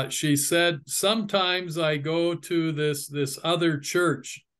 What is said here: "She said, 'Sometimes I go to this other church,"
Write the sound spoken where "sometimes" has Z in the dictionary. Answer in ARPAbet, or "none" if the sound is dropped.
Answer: Z